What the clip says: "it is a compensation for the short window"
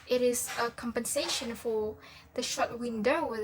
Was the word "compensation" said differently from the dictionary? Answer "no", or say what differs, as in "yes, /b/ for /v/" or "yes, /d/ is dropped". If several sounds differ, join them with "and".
no